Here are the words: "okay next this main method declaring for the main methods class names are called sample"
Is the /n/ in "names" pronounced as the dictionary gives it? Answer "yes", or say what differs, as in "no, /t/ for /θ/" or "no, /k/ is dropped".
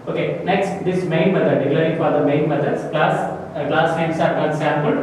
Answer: no, /l/ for /n/